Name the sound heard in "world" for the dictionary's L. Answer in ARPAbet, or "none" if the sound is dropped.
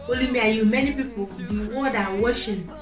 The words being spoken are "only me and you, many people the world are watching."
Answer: none